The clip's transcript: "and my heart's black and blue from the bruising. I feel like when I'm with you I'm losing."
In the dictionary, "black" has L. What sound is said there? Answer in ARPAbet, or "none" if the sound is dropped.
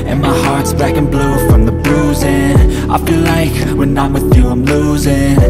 none